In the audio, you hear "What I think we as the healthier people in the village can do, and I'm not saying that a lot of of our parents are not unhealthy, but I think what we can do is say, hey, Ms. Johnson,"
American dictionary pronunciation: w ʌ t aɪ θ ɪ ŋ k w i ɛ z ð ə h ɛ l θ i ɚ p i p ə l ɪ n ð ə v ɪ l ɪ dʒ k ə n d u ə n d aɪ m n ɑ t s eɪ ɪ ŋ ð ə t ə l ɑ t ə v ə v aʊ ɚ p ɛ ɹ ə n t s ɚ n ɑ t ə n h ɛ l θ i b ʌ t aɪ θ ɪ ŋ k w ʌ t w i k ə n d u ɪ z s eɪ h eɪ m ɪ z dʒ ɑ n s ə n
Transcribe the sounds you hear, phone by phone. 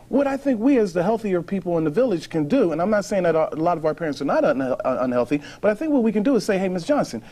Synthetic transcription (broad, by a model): w ʌ t aɪ θ ɪ ŋ k w i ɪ z ð ə h ɛ l θ i ɚ p i p l ɪ n ð ə v ɪ l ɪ ʒ k ə n d u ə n aɪ m n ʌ t s eɪ ɪ ŋ ð ə t ə l ɑ t ə v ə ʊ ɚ p ɛ ɹ ə n t s ɚ n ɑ t ə n h ɛ l θ i b ʌ t aɪ θ ɪ ŋ k w ʌ t w i k ə n d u ɪ z s eɪ h eɪ m ɪ s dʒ ɑ n s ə n